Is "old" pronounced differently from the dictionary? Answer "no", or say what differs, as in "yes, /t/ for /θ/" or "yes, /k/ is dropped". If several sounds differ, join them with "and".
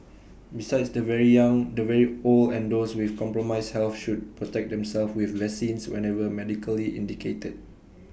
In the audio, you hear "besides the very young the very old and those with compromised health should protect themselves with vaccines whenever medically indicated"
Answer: yes, /d/ is dropped